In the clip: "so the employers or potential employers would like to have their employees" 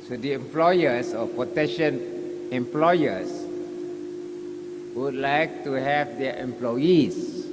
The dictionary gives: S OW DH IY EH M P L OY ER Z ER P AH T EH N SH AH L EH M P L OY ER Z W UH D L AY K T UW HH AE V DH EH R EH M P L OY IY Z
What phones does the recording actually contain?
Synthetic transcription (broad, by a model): S OW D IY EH M P L OY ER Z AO P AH T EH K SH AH N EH M P L OY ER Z W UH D L AY K T UW HH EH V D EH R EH M P L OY IY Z